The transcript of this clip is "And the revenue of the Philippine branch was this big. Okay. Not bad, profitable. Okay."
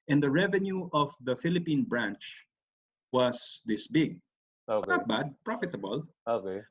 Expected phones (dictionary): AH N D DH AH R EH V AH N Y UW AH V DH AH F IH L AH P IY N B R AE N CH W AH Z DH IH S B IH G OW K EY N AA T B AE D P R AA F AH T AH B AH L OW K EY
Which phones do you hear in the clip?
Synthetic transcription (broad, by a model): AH N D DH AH R EH V AH N Y UW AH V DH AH F IH L AH P IY N B R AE N CH W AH S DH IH S B IH G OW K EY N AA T B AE D P R AA F AH T AH B AH L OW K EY